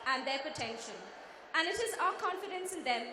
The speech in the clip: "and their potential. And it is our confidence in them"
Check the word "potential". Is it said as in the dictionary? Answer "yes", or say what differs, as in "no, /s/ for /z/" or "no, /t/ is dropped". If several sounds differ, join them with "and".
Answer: no, /n/ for /l/